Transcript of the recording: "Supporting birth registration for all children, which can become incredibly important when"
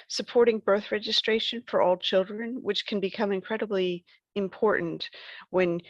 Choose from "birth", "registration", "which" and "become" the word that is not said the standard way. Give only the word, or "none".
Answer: none